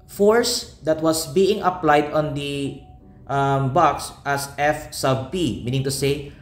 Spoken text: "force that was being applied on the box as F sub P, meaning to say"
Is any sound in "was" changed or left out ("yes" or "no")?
yes